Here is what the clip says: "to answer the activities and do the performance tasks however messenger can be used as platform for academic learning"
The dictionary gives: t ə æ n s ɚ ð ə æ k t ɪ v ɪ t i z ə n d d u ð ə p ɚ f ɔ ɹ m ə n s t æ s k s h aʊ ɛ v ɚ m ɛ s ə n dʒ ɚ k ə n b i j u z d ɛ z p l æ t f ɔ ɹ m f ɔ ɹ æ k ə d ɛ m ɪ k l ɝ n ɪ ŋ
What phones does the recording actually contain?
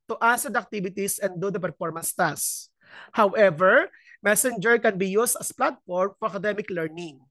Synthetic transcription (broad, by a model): t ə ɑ s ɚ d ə k t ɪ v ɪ t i s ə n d d u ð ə p ɚ f ɔ ɹ m ə n s t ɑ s s h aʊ ɛ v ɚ m ɛ s ə n dʒ ɚ k ə n b i j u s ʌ s p l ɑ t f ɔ ɹ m f ɔ ɹ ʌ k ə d ɛ m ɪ k l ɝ n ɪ ŋ